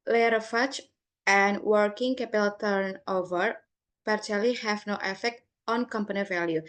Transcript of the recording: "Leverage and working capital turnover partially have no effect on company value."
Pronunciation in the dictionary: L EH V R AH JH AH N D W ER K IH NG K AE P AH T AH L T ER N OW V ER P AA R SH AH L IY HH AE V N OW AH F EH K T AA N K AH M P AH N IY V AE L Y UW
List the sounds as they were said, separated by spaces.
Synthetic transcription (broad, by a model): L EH R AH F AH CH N W ER K IH NG K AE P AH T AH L T ER N OW V ER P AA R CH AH L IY HH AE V N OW AH F EH K T AA N K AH M P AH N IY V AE L Y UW